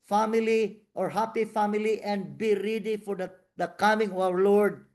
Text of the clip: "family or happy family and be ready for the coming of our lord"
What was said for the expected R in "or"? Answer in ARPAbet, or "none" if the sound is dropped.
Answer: R